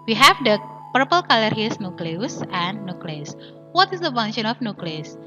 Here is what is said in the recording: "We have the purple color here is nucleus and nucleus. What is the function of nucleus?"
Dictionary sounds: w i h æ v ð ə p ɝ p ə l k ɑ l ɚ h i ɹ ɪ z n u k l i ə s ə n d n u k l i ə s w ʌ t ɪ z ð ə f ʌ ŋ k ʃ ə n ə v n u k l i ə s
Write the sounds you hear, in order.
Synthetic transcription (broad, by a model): w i h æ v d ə p ɝ p ə l k ɑ l ɚ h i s n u k l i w s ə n n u k l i s w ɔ t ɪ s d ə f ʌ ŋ ʃ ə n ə f n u k l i s